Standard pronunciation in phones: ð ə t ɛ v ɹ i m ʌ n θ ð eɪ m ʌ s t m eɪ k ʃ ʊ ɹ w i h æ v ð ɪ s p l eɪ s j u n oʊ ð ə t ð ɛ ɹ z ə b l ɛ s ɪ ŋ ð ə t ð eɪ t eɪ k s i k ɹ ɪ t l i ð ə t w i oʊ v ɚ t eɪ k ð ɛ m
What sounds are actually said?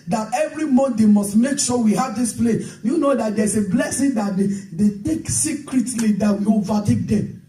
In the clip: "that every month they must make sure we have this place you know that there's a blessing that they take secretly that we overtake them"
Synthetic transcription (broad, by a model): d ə t ɛ v ɹ i m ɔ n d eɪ m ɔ s t m eɪ k ʃ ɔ w i h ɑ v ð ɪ s p l eɪ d j u n oʊ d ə t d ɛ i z ə b l ɛ s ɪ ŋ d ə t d eɪ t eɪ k s i k ɹ ɪ t l i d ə t w i oʊ v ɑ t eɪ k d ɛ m